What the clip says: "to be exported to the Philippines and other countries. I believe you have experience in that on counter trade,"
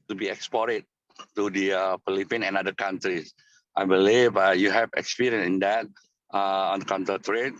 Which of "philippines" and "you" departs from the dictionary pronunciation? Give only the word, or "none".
philippines